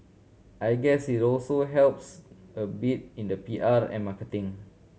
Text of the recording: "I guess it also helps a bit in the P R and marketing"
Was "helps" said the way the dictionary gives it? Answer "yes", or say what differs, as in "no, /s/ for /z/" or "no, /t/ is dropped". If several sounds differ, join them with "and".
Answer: yes